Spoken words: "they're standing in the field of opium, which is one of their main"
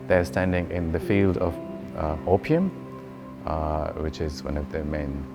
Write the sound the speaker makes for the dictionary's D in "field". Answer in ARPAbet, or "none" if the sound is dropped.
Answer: D